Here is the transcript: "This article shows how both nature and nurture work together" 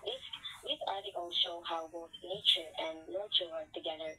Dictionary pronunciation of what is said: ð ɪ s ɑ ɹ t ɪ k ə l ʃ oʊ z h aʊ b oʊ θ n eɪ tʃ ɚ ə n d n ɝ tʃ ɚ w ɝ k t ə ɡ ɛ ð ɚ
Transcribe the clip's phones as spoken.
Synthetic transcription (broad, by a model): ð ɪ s ɑ ɹ t ɪ k ə l ʃ oʊ h aʊ b oʊ θ n eɪ tʃ ɚ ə n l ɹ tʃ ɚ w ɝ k t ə ɡ ɛ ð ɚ